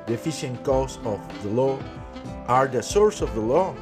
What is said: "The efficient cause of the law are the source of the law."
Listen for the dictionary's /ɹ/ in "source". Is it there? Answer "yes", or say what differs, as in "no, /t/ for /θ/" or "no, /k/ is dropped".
yes